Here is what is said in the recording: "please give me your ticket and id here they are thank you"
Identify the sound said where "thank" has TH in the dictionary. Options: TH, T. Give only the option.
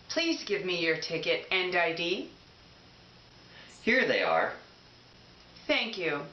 TH